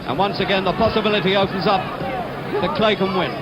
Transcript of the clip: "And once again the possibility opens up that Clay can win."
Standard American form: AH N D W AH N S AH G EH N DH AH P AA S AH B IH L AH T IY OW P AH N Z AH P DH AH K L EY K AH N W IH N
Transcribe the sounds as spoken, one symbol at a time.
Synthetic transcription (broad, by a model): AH N W AH N S AH G EH N DH AH P AA S AH B IH L AH T IY OW P AH N Z AH P DH AH K L EY K AH N W IH N